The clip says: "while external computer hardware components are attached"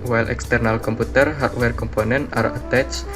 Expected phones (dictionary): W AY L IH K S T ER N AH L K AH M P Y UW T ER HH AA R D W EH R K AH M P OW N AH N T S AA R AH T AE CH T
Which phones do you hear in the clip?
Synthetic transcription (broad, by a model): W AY L IH K S T ER N AH L K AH M P UW T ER HH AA R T W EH R K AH M P OW N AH N T AA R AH T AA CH